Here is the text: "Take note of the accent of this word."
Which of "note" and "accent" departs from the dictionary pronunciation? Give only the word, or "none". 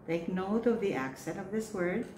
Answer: none